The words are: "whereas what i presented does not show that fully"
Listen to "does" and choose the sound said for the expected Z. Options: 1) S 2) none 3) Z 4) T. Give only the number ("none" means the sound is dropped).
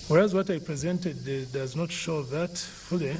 3